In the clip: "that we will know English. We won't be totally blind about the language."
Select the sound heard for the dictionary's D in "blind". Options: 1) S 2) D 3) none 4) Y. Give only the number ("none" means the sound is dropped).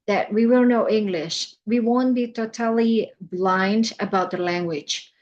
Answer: 2